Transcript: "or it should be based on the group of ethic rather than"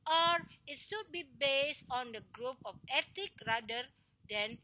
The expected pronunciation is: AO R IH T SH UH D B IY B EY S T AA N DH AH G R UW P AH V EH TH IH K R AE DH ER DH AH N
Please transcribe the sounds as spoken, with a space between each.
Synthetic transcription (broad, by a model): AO R IH T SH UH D B IY B EY S T AA N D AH G R UW P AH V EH T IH K R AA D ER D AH N